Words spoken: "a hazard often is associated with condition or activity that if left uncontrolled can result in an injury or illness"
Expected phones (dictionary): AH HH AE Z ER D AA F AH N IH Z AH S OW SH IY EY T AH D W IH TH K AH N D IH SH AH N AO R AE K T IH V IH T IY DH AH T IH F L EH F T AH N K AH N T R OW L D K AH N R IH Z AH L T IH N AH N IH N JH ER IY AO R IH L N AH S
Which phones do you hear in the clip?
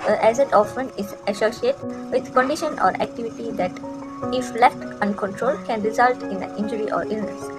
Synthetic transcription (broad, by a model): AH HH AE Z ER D AA F AH N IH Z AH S OW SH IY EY T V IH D K AH N D IH SH AH N AO R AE K T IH V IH T IY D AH T IH F L EH F T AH N K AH N T R OW L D K AH N R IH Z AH L T IH N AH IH N JH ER IY AO R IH L N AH S